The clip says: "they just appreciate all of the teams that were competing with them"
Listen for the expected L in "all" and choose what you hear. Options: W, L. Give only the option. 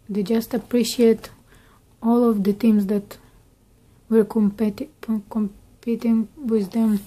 L